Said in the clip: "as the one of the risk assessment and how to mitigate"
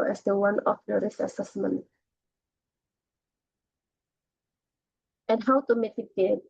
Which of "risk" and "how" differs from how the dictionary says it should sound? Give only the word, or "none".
risk